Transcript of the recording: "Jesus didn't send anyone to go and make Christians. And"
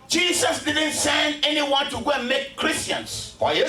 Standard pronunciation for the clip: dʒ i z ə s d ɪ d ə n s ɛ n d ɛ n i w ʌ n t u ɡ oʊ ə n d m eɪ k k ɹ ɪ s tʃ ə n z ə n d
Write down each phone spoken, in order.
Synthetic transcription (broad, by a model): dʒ i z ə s d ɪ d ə n s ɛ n ɛ n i w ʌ n t u ɡ oʊ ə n m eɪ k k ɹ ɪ s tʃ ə n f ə